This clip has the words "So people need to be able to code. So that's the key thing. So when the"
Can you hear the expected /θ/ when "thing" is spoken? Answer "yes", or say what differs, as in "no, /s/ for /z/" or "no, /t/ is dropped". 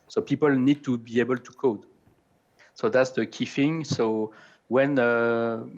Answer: no, /f/ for /θ/